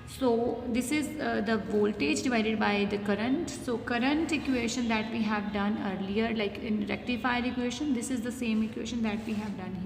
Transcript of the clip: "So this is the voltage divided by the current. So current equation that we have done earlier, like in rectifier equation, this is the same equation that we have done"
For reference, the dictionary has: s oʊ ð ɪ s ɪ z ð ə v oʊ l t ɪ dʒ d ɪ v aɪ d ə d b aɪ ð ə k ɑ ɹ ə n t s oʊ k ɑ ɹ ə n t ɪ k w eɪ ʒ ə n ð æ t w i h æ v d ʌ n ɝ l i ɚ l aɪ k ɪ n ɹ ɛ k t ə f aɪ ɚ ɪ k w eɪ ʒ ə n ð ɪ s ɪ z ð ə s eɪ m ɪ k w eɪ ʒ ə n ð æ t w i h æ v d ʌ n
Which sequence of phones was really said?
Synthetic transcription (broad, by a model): s oʊ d ɪ s ɪ z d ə v oʊ l t ɪ dʒ d ɪ v aɪ d ə d b aɪ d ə k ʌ ɹ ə n t s oʊ k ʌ ɹ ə n t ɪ k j eɪ ʃ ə n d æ t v i h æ v d ʌ n ɝ l i ɚ l aɪ k ɪ n ɹ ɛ k t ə f aɪ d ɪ k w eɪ ʃ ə n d ɪ s ɪ z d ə s eɪ m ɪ k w eɪ ʃ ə n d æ t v i h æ v d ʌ n